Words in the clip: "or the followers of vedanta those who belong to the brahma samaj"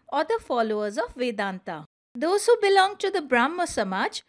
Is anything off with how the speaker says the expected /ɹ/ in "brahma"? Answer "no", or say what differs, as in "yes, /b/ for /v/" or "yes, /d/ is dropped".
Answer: no